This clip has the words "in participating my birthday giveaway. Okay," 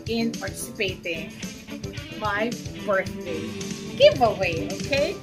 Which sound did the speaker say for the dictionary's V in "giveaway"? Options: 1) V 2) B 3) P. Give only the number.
1